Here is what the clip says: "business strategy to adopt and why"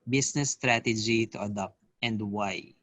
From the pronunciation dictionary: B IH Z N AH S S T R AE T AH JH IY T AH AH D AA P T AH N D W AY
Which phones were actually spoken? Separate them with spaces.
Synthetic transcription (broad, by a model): B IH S N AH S S T R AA T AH JH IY T AH AH D AA P T AH N D W AY